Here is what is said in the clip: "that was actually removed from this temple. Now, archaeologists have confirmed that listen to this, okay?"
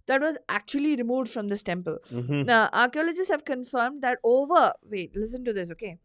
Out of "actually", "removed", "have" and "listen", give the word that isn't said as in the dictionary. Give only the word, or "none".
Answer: none